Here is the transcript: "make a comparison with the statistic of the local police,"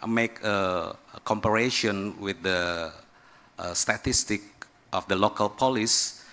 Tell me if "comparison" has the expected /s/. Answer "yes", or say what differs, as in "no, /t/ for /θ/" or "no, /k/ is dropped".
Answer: no, /ʃ/ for /s/